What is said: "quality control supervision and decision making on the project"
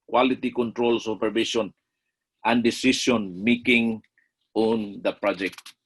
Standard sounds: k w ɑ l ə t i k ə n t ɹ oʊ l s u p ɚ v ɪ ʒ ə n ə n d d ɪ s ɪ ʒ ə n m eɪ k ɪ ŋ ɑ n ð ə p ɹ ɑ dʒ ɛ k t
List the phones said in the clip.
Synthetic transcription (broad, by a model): k w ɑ l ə t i k ə n t ɹ oʊ l s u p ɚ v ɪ ʃ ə n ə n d d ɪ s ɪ ʃ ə n m eɪ k ɪ ŋ ɑ n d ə p ɹ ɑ dʒ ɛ k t